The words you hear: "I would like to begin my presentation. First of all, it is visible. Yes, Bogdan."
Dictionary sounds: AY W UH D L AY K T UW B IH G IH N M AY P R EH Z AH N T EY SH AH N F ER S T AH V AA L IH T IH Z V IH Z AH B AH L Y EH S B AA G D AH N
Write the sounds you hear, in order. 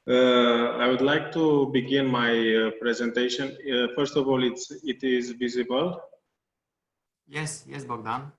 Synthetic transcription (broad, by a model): AY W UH D L AY K T UW B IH G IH N M AY P R EH Z AH N T EY SH AH N F ER S T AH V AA L IH T IH Z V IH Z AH B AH L Y EH S B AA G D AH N